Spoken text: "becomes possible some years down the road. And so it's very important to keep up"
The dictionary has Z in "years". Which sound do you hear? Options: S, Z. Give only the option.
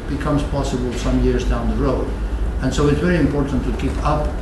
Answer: Z